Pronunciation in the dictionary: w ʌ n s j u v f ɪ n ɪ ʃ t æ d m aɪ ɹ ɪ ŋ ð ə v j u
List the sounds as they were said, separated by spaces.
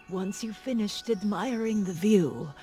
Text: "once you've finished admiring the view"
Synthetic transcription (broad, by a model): w ʌ n s j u f ɪ n ɪ ʃ t æ d m aɪ ɹ ɪ ŋ ð ə v j u